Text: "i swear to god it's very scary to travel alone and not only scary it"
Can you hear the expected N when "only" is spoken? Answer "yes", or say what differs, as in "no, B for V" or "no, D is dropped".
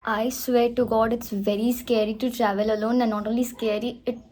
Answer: no, N is dropped